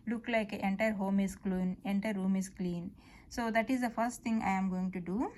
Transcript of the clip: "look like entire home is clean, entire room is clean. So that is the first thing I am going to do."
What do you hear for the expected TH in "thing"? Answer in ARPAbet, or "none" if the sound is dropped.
T